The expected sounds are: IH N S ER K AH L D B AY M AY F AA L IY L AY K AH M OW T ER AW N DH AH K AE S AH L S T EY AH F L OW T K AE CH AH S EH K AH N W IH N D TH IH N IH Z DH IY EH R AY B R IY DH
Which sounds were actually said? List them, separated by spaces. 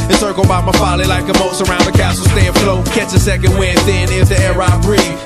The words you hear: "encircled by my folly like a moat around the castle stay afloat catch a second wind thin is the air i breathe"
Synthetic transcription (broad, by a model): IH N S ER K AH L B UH M AY F AA L IY L AY K AH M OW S ER AW N DH AH K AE S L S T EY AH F L OW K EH S AH S EH K AH N W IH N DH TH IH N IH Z DH IY EH R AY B R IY